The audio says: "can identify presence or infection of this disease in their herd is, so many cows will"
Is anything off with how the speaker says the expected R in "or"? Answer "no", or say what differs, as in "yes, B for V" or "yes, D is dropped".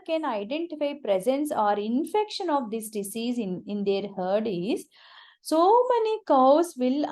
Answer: no